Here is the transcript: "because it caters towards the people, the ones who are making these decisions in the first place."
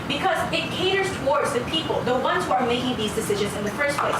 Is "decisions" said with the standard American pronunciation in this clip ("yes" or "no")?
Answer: yes